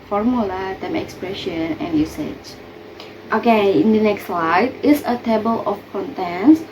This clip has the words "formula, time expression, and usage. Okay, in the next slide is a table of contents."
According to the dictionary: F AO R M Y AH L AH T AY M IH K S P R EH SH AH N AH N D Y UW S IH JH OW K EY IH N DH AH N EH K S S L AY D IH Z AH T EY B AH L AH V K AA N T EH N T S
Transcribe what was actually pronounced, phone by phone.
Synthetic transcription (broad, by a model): F AO R M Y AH L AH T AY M IH K S P R EH SH AH N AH N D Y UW S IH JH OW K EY IH N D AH N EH K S S L AY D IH S AH T EY B AH L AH F K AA N T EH N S